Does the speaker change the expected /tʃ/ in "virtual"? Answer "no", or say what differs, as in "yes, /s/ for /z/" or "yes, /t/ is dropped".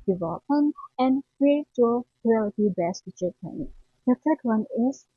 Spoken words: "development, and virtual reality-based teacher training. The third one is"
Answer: yes, /tʃ/ is dropped